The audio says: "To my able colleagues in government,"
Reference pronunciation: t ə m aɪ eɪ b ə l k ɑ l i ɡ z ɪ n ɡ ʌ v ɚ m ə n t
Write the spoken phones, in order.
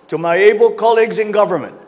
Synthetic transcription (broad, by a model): t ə m aɪ eɪ b ə l k ɑ l i ɡ z ɪ n ɡ ʌ v ɚ m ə n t